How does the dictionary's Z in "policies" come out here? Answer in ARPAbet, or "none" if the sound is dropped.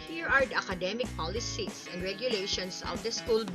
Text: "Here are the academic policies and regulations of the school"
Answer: S